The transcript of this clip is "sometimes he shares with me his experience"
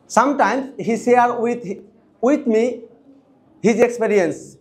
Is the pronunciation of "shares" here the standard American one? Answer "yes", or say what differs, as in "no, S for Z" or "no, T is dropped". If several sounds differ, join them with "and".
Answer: no, S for SH